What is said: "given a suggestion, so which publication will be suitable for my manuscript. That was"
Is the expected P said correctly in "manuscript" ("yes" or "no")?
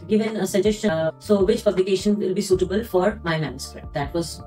no